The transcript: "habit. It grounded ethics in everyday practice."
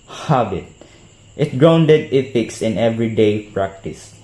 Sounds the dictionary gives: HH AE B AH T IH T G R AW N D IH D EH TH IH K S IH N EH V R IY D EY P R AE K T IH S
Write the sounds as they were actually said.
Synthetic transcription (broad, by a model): HH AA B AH T IH T G R AW N D IH D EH F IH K S IH N EH V R IY D EY P R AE K T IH S